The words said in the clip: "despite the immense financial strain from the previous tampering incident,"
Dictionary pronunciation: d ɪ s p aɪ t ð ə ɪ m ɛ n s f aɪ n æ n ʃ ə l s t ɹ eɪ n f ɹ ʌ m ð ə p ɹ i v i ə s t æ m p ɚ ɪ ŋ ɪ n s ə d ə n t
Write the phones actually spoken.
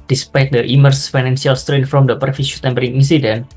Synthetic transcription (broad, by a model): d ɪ s p aɪ t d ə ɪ m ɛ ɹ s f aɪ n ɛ n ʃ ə l s t ɹ eɪ n f ɹ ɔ m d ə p ɹ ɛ f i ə t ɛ m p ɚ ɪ ŋ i n s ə d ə n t